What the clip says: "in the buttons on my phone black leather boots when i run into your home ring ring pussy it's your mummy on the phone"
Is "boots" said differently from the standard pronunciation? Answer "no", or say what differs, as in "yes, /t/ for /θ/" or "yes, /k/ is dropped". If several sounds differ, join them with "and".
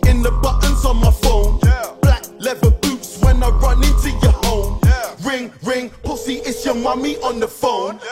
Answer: no